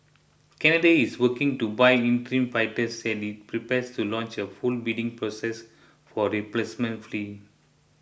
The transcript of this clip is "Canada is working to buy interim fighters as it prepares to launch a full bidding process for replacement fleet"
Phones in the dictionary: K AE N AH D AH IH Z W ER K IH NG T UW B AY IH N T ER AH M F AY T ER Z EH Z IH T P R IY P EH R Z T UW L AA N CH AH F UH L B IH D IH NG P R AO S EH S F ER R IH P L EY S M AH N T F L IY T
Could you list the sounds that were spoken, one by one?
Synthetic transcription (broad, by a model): K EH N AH D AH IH S W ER K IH NG T UW B AY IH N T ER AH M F AY T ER S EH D IH T P R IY P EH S T UW L AA N CH AH F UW L B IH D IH NG P R AO S EH S F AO R IH P L EY S M AH N T F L IY